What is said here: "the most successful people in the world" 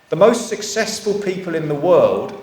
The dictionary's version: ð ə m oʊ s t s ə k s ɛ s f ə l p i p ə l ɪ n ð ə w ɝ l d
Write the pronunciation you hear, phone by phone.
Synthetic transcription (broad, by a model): ð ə m oʊ s t s ə k s ɛ s f ə l p i p ə l ɪ n ð ə w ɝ l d